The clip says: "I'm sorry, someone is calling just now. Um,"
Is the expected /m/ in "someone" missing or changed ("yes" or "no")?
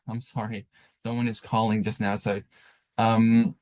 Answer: yes